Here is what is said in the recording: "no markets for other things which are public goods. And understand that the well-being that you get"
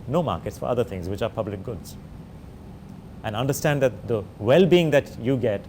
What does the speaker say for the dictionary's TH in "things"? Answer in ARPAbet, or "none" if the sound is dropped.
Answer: T